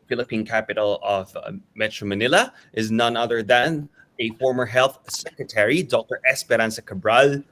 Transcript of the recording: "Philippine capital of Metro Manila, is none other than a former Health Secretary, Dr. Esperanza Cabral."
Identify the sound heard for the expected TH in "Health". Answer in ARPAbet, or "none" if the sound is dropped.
TH